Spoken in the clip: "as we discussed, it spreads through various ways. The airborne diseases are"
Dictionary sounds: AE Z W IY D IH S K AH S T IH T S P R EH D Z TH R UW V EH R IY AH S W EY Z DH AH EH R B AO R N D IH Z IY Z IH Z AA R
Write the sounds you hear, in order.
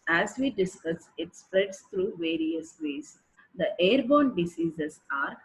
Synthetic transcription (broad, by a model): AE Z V IY D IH S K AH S IH T S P R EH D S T R UW V EH R IY AH S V EY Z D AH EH R B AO N D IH S IY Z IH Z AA R